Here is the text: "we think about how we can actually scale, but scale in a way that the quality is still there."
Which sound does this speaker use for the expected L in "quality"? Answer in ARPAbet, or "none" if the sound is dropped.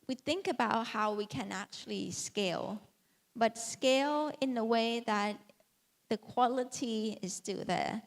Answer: L